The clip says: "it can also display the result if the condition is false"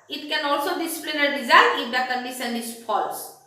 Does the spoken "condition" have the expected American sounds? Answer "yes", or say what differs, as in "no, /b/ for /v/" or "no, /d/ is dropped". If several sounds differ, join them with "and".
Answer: no, /s/ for /ʃ/